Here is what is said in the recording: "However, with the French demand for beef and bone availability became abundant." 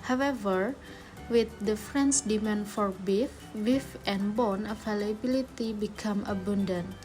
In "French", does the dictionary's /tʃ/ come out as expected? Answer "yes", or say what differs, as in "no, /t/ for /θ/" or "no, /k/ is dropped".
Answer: no, /s/ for /tʃ/